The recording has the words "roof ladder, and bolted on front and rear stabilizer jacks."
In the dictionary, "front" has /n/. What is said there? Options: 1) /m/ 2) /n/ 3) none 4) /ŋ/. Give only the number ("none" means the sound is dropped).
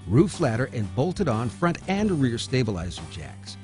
2